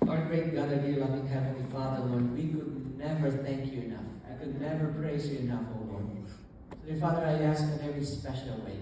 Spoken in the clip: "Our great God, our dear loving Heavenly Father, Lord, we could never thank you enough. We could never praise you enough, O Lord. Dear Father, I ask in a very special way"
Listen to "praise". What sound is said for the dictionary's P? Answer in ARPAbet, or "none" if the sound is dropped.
P